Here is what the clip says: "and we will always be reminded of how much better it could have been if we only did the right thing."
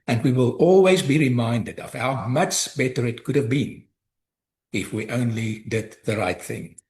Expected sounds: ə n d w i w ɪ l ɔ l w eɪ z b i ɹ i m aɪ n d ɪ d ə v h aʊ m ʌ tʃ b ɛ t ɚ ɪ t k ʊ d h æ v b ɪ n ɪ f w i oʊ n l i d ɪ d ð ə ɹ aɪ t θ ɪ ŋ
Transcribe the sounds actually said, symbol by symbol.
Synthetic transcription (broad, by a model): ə n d w i w ɪ l ɔ l w eɪ z b i ɹ i m aɪ n d ɪ d ə v h aʊ m ʌ tʃ b ɛ t ɚ ɪ t k ʊ d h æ v b ɪ n ɪ f w i oʊ n l i d ɪ d ð ə ɹ aɪ t θ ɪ ŋ